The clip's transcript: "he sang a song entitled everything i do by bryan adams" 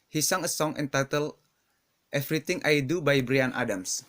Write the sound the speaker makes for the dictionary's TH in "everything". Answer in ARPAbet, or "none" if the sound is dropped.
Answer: T